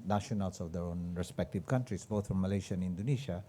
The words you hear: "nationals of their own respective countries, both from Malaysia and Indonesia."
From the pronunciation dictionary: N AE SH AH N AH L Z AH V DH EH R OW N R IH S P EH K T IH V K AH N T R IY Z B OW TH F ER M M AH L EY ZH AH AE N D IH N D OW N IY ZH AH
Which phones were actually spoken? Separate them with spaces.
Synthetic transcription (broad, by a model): N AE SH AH N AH L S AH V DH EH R OW N R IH S P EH K T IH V K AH N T R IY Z B OW T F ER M M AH L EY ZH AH N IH N D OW N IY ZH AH